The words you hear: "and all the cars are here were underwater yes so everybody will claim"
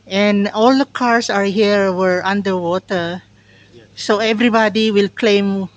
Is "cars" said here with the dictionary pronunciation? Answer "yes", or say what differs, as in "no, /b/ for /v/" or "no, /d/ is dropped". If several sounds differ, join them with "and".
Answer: no, /s/ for /z/